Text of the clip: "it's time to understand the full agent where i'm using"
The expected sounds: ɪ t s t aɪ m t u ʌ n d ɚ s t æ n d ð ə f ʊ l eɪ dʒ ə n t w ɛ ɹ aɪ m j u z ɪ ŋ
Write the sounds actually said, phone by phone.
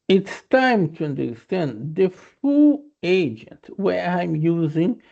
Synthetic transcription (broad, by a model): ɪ t s t aɪ m t u ʌ n d ɚ s t æ n d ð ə f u eɪ dʒ ə n t w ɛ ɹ aɪ m j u z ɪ ŋ